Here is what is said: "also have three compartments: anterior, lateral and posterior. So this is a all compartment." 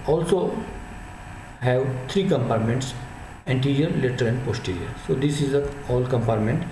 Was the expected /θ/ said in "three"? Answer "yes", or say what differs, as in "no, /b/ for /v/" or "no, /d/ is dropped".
no, /t/ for /θ/